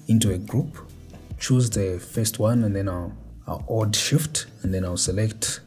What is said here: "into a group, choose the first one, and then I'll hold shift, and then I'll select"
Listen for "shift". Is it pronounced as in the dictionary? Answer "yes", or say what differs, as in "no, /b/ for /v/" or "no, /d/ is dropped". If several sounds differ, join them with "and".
yes